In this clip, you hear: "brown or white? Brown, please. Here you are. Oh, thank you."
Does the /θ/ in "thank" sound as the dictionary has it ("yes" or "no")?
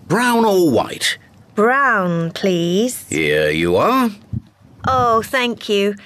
yes